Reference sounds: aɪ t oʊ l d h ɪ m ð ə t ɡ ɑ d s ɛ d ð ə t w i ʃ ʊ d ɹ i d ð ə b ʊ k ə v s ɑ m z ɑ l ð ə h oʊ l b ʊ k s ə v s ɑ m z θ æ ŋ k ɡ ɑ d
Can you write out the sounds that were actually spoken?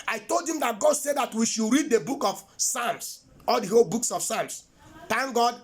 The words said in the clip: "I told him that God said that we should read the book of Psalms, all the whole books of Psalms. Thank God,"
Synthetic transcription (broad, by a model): aɪ t oʊ l d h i m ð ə t ɡ ɑ d s ɛ d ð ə t w i ʃ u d ɹ i d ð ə b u k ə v s ɑ m s ɑ l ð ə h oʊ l b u k s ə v s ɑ m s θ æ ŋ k ɡ ɑ d